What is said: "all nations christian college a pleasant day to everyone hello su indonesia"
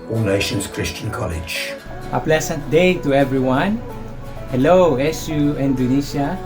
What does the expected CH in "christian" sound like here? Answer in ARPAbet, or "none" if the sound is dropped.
CH